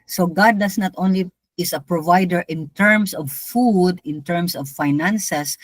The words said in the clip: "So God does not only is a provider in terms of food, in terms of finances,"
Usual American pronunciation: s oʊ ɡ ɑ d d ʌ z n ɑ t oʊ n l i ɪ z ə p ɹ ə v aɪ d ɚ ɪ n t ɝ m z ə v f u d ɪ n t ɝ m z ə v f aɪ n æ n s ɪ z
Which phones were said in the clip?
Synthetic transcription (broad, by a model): s oʊ ɡ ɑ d d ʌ s n ɑ t oʊ n l i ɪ s ə p ɹ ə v aɪ d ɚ ɪ n t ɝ m s ə v f u d ɪ n t ɝ m s ə v f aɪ n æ n s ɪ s